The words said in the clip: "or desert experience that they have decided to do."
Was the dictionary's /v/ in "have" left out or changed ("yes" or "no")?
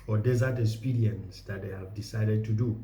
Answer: no